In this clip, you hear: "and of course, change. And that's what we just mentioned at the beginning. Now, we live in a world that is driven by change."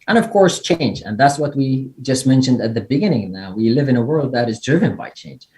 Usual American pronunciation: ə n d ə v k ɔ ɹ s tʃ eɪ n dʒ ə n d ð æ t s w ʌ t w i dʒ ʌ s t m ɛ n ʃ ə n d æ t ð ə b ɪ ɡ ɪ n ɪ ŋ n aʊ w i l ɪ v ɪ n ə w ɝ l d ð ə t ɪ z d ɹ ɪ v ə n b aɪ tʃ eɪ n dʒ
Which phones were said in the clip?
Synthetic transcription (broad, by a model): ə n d ə v k ɔ ɹ s tʃ eɪ n dʒ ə n ð æ t s w ʌ t w i dʒ ʌ s t m ɛ n ʃ ə n d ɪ t ð ə b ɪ ɡ ɪ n ɪ ŋ n aʊ w i l ɪ v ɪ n ə w ɝ l d ð ə t ɪ z d ɹ ɪ v ə n b aɪ tʃ eɪ n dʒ